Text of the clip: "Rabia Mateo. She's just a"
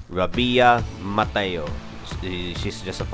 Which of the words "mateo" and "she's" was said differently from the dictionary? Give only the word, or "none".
she's